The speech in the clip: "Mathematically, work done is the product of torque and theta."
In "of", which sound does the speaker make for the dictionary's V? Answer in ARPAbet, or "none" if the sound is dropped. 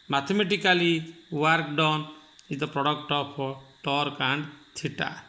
P